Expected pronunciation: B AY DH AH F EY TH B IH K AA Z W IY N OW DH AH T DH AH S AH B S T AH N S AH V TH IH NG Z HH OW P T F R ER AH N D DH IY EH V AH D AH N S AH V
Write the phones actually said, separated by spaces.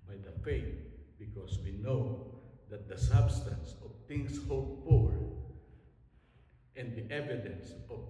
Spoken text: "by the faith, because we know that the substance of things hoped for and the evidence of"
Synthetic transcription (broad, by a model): B AY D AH F EY T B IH K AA S W IY N OW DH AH T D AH S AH B S T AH N S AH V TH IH NG S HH OW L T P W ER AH N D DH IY EH V AH D AH N S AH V